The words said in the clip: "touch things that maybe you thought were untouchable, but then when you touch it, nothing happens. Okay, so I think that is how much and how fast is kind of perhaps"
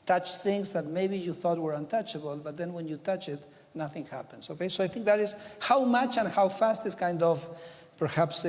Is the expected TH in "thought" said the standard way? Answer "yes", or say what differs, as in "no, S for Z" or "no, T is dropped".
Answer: yes